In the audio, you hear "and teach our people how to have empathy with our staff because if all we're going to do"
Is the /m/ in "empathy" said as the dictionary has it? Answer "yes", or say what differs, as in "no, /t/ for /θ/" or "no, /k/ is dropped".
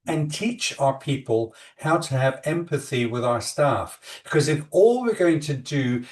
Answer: yes